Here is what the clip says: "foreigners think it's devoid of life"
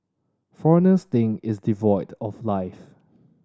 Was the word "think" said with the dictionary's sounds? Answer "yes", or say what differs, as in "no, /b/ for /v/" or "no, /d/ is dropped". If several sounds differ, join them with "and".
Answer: no, /k/ is dropped